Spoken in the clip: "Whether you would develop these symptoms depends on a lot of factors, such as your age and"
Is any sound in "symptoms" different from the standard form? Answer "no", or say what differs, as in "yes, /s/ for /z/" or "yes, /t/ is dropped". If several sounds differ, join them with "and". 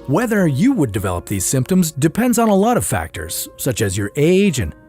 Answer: no